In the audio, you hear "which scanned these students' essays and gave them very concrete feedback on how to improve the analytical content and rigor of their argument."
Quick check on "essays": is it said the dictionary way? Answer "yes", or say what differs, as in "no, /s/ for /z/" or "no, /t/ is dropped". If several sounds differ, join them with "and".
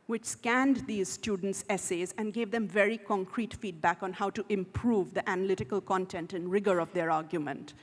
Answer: yes